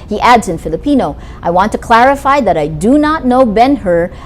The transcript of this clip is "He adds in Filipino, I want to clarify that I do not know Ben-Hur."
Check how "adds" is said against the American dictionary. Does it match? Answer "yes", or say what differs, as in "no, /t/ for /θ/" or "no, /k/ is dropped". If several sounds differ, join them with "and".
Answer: yes